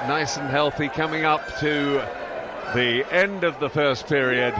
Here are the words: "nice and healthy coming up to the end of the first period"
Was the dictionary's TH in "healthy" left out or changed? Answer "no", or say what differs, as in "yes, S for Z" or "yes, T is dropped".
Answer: no